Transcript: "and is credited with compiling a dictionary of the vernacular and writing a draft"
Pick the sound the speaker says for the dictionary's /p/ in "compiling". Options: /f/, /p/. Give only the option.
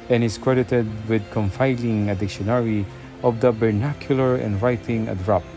/f/